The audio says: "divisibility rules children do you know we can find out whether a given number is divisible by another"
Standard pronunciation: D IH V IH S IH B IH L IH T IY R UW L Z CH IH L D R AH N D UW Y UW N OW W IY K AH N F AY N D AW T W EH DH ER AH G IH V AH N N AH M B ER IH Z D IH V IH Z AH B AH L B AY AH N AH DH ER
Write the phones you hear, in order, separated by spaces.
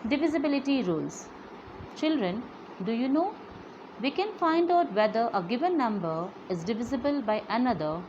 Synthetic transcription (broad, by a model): D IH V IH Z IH B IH L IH T IY R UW L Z CH IH L D R AH N D UW Y UW N OW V IY K AH N F AY N D AW T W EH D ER AH G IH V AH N N AH M B ER IH Z D IH V IH Z AH B AH L B AY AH N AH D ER